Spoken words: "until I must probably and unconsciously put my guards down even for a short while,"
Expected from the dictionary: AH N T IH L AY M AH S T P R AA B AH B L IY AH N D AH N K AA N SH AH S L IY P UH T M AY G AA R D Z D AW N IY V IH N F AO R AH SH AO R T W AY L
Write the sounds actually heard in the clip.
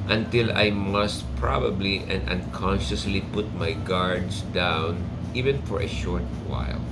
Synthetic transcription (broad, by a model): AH N T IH L AY M AH S T P R AA B AH B L IY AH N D AH N K AA N SH AH S L IY P UH T M AY G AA R D S D AW N IY V IH N F AO R AH SH AO R T W AY L